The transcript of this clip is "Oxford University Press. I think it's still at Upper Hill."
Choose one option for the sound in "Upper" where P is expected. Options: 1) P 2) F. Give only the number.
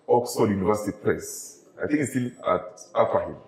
2